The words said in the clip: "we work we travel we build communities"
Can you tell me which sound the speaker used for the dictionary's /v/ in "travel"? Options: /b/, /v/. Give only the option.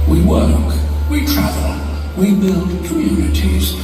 /v/